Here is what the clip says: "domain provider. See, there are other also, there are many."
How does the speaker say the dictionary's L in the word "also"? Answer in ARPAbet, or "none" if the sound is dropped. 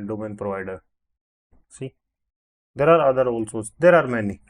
L